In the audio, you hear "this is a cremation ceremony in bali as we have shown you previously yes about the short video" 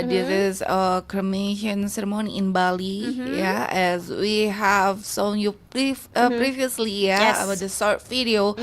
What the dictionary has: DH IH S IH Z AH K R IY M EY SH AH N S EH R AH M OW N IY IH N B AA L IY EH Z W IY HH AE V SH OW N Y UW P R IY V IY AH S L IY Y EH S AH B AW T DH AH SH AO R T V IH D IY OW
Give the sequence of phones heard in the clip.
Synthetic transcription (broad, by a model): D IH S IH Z AH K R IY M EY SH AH N S EH R AH M OW N IY IH N B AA L IY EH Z W IY HH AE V S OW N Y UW P R IY V IY AH S L IY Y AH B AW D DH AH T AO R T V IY D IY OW